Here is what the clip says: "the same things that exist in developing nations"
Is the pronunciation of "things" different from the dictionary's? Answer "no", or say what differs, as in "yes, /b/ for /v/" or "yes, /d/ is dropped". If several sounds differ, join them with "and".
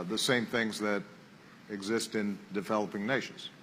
no